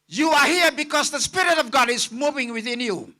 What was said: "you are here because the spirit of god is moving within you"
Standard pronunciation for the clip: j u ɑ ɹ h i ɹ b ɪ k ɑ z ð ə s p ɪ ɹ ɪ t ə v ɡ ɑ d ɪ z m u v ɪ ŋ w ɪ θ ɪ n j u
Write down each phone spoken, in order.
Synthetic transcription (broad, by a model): j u ɑ ɹ h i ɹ b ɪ k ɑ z ð ə s p ɪ ɹ ɪ t ə v ɡ ɑ d ɪ z m u v ɪ ŋ w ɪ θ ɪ n j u